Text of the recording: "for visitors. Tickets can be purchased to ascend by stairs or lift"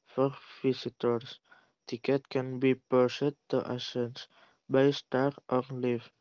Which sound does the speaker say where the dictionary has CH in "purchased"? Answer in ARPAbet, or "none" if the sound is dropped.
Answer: S